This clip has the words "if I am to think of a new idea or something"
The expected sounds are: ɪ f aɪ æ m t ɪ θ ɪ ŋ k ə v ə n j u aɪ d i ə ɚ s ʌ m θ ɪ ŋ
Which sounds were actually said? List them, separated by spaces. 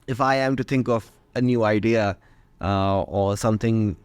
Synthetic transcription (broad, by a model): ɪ f aɪ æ m t ɪ θ ɪ ŋ k ə v ə n j u aɪ d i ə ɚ s ʌ m θ ɪ ŋ